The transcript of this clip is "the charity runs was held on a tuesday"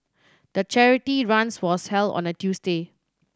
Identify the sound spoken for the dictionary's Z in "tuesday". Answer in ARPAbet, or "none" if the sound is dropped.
S